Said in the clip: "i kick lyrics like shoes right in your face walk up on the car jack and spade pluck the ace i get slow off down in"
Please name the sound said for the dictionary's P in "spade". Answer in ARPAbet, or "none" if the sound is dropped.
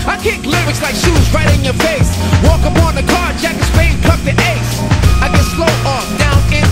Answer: F